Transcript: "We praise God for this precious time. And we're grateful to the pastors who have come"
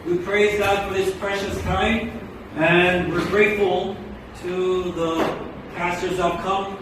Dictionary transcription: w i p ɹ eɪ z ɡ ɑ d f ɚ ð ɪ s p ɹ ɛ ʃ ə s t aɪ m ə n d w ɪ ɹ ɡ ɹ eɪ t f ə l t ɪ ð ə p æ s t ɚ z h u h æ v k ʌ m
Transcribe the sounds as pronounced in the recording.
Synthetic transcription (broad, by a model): w i p ɹ eɪ z ɡ ɑ d f ɚ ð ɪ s p ɹ ɛ ʃ ə s t aɪ m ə n w ɪ ɹ ɡ ɹ eɪ t f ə l t ɪ ð ə p æ s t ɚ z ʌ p k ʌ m